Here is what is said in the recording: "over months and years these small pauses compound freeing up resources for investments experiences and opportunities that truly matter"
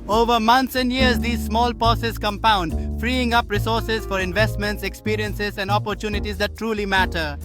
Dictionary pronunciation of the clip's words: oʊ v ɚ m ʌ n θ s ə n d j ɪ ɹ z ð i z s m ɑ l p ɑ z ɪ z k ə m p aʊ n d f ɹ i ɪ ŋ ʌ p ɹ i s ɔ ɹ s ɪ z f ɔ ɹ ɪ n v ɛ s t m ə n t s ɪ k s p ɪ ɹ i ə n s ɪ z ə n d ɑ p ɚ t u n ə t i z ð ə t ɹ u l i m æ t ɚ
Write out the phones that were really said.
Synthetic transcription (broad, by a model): oʊ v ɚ m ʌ n t s ə n d j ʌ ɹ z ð i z s m ɑ l p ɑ s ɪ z k ə m p aʊ n d f ɹ i ɪ ŋ ʌ p ɹ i s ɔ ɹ s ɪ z f ɔ ɹ ɪ n v ɛ s t m ə n t s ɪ k s p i ɹ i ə n s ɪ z ə n d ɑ p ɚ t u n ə t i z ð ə t ɹ u l i m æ t ɚ